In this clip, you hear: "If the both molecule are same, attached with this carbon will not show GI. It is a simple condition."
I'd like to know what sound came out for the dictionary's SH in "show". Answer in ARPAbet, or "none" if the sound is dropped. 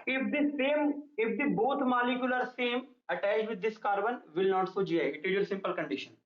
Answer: S